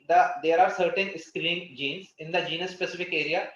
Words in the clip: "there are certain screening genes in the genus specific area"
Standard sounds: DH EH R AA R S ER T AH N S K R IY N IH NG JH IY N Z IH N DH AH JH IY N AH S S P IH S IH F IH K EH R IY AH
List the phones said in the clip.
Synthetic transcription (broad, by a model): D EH R AA R S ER T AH N S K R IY IH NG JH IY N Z IH N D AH JH IY N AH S S P IH S IH F IH K EH R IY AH